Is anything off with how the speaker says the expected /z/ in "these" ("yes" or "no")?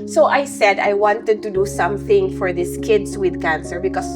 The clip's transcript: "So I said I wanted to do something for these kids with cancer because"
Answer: yes